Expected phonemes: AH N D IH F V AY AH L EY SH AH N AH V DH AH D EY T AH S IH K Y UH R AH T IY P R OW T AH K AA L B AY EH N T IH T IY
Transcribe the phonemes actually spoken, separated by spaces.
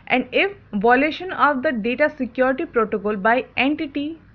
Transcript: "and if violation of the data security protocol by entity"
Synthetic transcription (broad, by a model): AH N D IH F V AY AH L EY SH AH N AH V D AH D EY T AH S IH K Y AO R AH T IY P R OW T AH K AA L B AY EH N T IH T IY